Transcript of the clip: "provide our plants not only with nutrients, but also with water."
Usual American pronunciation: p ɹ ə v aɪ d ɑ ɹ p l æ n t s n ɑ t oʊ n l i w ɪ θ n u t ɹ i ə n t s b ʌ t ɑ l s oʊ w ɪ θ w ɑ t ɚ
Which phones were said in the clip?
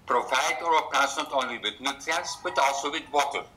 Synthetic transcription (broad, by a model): p ɹ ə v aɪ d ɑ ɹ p æ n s n ɑ t oʊ n l i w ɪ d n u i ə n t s b ʌ t ɑ l s oʊ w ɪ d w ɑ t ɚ